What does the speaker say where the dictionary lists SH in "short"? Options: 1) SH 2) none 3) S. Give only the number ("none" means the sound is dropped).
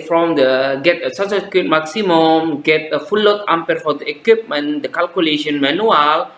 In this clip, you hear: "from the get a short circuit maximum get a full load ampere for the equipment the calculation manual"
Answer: 3